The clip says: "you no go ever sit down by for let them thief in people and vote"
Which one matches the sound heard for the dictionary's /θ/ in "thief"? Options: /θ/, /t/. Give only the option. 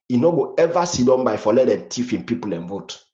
/t/